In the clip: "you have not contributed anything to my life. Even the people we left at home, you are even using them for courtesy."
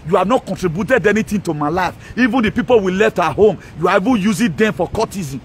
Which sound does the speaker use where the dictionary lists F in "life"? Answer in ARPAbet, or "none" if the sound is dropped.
F